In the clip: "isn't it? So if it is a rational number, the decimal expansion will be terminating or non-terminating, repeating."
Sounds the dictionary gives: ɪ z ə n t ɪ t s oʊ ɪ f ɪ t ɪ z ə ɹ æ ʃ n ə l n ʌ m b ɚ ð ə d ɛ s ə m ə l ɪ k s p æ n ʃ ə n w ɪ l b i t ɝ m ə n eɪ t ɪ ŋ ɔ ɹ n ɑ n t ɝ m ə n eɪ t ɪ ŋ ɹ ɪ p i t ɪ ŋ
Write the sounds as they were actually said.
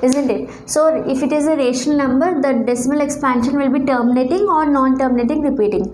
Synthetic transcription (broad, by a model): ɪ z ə n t ɪ t s oʊ ɪ f ɪ t ɪ z ə ɹ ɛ ʃ ə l n ʌ m b ɚ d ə d ɛ s ə m ə l ɪ k s p æ n ʃ ə n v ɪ l b i t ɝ m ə n eɪ t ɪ ŋ ɔ ɹ n ɑ n t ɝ m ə n eɪ t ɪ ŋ ɹ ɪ p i t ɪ ŋ